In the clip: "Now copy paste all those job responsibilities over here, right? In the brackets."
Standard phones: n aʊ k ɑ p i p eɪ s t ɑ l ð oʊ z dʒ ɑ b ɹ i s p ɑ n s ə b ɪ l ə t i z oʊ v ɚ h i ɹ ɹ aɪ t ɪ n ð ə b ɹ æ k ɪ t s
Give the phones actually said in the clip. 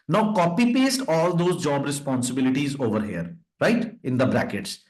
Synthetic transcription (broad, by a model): n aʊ k ɑ p i p eɪ s t ɑ l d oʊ z dʒ ɑ b ɹ i s p ɑ n s ə b ɪ l ə t i z oʊ v ɚ h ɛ ɹ ɹ aɪ t ɪ n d ə b ɹ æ k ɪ t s